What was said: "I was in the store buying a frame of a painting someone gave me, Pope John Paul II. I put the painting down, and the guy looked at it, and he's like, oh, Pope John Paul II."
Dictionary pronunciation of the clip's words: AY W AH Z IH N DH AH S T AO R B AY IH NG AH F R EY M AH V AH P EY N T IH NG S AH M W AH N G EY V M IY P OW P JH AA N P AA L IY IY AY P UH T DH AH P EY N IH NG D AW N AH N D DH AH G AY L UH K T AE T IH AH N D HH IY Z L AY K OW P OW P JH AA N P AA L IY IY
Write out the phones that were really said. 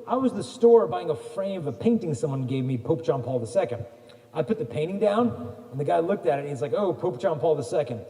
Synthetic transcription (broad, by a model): AY W AH Z DH AH S T AO R B AY IH NG AH F R EY AH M AH P EY N T IH NG S AH M W AH N G EY V M IY P OW P ZH AA N P AA L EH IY AY P UH T DH AH P EY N IH NG D AW N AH N DH AH G AY L UH K T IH T IH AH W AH Z L AY K OW P OW P ZH AA N P AA L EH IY